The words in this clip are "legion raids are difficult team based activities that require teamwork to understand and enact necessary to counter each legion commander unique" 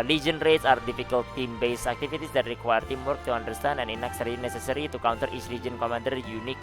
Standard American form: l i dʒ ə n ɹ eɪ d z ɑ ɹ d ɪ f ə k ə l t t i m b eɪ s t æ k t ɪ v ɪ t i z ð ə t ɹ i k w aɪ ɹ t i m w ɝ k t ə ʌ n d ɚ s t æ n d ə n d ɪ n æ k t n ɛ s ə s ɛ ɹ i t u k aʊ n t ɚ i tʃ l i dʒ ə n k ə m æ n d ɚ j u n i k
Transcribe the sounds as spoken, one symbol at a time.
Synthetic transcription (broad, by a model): l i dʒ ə n ɹ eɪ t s ɑ ɹ d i f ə k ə l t t i m b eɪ s æ k t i f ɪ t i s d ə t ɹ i k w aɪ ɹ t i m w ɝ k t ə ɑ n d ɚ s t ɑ n ə n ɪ n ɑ k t n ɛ s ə s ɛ ɹ i t u k aʊ n t ɚ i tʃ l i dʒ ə n k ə m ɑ n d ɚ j u n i k